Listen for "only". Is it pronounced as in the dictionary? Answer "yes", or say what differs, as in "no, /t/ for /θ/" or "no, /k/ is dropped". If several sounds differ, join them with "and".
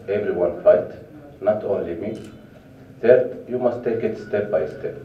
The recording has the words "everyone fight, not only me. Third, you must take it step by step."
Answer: yes